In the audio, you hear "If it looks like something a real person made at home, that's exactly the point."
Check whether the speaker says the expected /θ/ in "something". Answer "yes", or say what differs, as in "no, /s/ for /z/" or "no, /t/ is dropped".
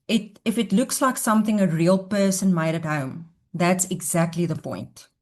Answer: yes